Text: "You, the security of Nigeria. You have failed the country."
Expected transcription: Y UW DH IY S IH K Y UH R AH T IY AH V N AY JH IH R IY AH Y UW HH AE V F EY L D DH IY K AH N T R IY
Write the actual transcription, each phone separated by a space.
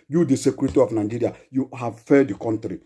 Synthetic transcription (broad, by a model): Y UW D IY S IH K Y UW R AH T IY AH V N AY JH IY R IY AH Y UW HH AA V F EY D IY K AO N T R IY